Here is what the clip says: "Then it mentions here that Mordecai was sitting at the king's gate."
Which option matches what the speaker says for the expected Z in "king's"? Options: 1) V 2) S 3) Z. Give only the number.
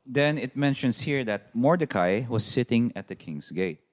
2